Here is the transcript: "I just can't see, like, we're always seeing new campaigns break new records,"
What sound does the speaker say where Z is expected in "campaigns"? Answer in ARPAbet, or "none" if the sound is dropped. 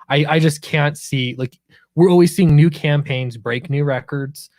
Z